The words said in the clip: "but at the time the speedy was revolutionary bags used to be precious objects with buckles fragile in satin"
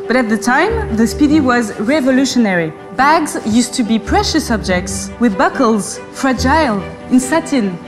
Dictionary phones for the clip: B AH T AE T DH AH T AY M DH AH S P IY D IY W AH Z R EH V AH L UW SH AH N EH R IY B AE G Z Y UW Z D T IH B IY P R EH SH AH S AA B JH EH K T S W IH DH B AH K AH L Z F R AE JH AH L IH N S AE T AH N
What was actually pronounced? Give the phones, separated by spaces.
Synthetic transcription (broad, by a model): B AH T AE T DH AH T AY M DH AH S P IY D IY W AH Z R EH V AH L UW SH AH N EH R IY B AE G Z Y UW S T IH B IY P R EH SH AH S AA B JH EH K T S W IH DH B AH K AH L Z F R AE JH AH L IH N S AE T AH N